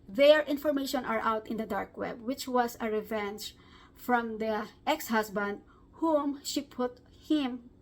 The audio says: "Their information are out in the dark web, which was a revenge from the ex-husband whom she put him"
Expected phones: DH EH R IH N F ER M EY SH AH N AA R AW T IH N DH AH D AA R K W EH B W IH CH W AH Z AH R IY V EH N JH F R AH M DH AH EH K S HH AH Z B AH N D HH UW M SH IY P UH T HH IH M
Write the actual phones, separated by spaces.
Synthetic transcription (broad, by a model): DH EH R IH N F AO M EY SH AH N AA R AW T IH N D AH D AA R K W EH B W IH CH W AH S AH R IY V EH N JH F R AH M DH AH EH K S HH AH S B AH N D HH UW M SH IY P UH T HH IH M